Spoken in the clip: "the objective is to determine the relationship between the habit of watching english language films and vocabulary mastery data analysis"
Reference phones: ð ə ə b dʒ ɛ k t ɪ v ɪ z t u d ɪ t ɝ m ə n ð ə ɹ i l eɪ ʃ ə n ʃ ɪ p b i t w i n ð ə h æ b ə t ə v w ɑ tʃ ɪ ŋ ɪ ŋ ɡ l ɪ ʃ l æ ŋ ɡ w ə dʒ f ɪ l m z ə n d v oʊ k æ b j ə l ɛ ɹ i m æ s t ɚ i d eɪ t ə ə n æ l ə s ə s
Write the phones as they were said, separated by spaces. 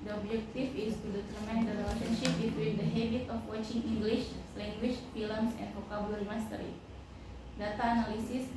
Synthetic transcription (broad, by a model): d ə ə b dʒ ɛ k t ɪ f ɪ s t u d ɪ t ɝ m ə n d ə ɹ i l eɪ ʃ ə n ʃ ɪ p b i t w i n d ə h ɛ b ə t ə f w ɑ tʃ ɪ ŋ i ŋ ɡ l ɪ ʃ l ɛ ŋ ɡ w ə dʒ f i l m s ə n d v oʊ k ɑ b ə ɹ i m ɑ s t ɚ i d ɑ t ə n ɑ l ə s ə s